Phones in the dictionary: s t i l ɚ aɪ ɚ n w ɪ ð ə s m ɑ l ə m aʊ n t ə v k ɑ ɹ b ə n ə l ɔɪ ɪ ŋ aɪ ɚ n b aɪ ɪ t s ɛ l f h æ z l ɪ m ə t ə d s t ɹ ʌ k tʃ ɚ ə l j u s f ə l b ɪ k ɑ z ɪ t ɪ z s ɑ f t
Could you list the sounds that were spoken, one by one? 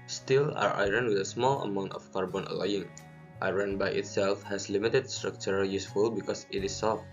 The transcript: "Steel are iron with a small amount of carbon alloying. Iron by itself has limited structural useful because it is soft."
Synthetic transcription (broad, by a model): s t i l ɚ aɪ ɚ n w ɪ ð ə s m ɑ l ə m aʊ n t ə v k ɑ ɹ b ə n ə l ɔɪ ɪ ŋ aɪ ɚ n b aɪ ɪ t s ɛ l f h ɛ s l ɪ m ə t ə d s t ɹ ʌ k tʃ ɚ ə j u s f ə l b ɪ k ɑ s ɪ t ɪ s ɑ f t